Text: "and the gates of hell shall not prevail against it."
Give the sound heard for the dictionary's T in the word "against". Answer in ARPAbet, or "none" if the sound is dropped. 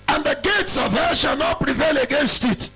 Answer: T